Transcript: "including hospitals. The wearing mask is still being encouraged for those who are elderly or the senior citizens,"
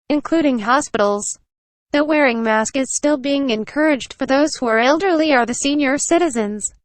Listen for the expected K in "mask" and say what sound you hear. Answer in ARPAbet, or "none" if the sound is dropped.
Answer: K